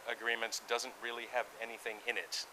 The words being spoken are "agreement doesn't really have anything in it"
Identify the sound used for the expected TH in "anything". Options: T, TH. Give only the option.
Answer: TH